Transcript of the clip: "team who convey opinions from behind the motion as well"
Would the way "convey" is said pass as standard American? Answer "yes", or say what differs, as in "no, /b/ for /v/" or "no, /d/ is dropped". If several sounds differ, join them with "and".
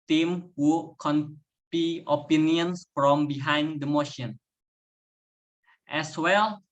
no, /p/ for /v/